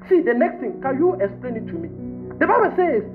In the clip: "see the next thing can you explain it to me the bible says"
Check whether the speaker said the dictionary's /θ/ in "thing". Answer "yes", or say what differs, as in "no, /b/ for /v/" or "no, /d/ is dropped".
no, /t/ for /θ/